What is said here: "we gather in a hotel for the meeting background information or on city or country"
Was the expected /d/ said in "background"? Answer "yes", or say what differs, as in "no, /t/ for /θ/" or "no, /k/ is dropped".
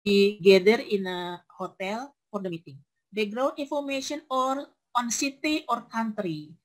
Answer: no, /d/ is dropped